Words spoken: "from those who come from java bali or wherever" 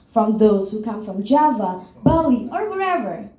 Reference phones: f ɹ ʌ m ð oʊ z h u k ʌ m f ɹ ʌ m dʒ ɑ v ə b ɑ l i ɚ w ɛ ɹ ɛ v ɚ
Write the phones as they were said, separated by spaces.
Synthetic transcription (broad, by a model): f ɹ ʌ m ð oʊ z h u k ʌ m f ɹ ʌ m dʒ ɑ v ə b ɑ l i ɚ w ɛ ɹ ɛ v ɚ